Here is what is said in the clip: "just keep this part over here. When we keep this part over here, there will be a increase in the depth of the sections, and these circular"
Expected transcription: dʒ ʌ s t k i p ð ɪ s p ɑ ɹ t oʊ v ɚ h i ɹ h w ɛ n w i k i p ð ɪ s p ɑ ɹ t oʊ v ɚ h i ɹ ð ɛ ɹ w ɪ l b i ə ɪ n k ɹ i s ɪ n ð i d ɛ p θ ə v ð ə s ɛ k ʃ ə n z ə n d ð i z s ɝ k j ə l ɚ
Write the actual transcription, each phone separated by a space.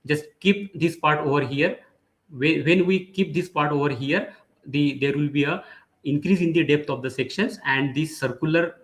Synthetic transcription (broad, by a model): dʒ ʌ s t k i p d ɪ s p ɑ ɹ t oʊ v ɚ h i ɹ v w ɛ n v i k i p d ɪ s p ɑ ɹ t oʊ v ɚ h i ɹ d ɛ ɹ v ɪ l b i ə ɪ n k ɹ i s ɪ n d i d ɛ p t ə v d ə s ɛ k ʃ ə n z ə n d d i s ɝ k j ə l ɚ